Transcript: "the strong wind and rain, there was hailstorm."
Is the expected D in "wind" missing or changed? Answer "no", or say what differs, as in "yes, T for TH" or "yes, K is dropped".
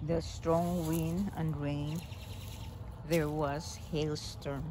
yes, D is dropped